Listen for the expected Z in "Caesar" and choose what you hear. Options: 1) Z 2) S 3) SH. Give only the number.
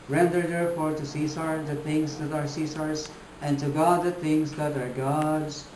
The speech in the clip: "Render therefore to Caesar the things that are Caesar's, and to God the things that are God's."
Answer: 2